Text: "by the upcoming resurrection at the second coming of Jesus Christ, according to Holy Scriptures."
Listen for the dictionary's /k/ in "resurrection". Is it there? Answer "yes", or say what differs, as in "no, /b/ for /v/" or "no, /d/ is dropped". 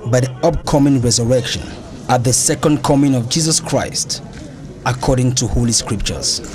yes